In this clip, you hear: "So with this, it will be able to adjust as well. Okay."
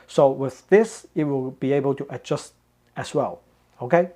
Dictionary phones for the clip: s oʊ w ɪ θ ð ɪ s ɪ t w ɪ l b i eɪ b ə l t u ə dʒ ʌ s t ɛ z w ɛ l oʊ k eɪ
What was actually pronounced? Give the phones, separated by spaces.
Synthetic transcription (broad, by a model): s oʊ w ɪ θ ð ɪ s ɪ t w ɪ l b i eɪ b ə l t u ə dʒ ʌ s t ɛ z w ɛ l oʊ k eɪ